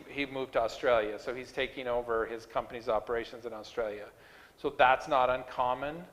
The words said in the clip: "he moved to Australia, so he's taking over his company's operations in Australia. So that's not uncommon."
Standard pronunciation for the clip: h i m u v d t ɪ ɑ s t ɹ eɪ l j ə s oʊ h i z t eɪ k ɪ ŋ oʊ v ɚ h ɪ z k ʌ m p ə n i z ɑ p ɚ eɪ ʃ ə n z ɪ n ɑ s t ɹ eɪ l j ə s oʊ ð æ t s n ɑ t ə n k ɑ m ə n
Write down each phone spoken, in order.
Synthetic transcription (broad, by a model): h i m u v t ɪ ɑ s t ɹ eɪ l j ə s oʊ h i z t eɪ k ɪ ŋ oʊ v ɚ ɪ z k ʌ m p ə n i z ɑ p ɚ eɪ ʃ ə n z ɪ n ɑ s t ɹ eɪ l j ə s oʊ ð æ t s n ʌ t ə n k ɑ m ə n